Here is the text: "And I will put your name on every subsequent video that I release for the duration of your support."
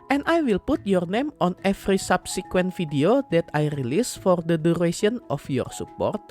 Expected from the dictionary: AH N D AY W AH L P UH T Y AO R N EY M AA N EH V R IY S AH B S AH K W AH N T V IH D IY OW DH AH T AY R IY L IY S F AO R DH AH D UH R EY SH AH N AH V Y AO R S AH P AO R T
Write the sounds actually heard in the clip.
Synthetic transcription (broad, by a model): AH N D AY W AH L P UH T Y AO R N EY M AA N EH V R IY S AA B S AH K W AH N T F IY D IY OW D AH T AY R IY L IY S F AO R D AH D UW R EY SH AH N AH F Y AO R S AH P AO R T